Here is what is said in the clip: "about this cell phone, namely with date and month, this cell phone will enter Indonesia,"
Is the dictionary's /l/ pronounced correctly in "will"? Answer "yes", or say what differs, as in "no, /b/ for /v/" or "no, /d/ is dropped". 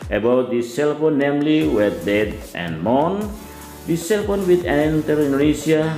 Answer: no, /n/ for /l/